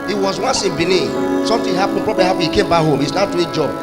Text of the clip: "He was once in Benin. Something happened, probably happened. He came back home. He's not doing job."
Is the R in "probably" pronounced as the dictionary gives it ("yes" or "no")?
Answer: yes